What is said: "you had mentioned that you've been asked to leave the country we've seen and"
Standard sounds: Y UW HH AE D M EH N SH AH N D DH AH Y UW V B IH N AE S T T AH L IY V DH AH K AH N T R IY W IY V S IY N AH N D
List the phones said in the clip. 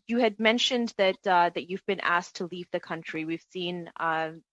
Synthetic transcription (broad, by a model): Y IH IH D M EH N SH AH N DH DH AH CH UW V B IH N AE S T T AH L IY V DH AH K AH N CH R IY W IY V S IY N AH